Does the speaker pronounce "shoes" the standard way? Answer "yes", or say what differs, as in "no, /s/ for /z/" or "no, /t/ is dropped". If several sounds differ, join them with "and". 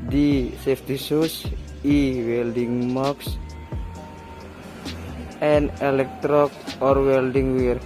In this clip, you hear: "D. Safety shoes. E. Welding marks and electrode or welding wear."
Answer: no, /s/ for /ʃ/ and /s/ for /z/